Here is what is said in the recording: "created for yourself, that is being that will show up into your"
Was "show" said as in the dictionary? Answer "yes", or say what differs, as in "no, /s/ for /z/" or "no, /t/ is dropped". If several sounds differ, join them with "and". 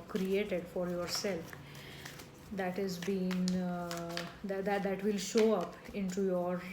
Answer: yes